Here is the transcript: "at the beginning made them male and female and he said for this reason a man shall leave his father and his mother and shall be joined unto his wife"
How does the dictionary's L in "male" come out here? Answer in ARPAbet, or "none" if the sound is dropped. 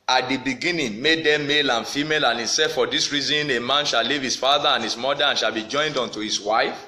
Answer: L